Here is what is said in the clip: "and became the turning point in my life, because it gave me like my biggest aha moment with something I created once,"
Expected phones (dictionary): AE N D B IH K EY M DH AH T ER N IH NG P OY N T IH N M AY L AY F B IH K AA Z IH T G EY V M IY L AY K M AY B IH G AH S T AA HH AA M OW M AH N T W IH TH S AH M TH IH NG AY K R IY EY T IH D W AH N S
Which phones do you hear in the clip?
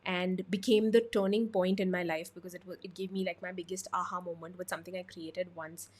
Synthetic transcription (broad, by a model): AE N D B IH K EY M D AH T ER N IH NG P OY N T IH N M AY L AY F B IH K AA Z IH T G EY V M IY L AY K M AY B IH G AH S T AA HH AA M OW M AH N T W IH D S AH M T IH NG AY K R IY EY T IH D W AH N S